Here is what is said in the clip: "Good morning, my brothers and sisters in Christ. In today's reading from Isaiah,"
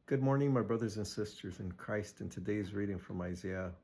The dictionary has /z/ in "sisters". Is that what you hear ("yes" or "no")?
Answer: yes